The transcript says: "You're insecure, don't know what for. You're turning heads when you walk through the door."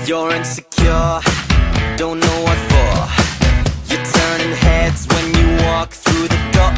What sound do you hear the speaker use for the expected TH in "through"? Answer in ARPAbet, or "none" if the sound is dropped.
TH